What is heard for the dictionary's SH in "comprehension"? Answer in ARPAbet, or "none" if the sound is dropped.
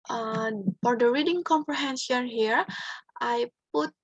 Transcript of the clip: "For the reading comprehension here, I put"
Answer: S